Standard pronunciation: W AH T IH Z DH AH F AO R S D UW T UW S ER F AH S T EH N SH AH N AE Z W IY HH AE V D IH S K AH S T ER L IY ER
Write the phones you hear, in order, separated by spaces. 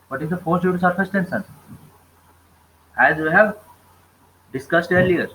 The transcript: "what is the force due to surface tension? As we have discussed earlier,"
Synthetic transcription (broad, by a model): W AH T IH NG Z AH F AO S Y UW T UW S ER F AH S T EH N S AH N AE Z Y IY HH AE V D IH S K AH S T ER L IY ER